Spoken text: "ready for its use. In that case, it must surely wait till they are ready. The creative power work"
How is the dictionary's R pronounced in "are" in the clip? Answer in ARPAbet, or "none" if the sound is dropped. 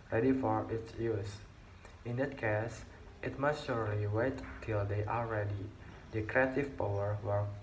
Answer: L